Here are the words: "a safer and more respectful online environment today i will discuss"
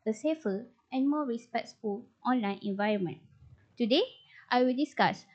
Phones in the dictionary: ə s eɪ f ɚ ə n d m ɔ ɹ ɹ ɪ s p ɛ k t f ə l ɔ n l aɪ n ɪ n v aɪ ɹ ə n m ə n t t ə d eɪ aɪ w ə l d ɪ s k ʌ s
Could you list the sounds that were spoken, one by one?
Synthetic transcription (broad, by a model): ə s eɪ f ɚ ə n m ɔ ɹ ɹ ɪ s p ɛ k s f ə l ɔ n l aɪ n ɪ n v aɪ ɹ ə n m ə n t t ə d eɪ aɪ w ə l d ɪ s k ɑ s